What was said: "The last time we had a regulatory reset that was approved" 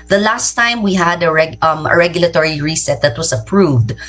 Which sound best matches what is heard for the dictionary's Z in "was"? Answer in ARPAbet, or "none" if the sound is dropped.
S